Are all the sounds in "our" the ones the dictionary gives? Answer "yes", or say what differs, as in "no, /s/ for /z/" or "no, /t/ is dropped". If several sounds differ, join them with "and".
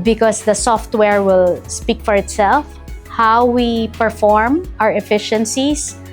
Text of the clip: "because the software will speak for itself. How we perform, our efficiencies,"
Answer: yes